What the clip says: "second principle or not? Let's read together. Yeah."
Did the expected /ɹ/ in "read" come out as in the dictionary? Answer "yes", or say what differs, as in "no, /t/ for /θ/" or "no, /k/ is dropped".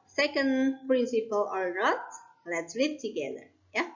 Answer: no, /l/ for /ɹ/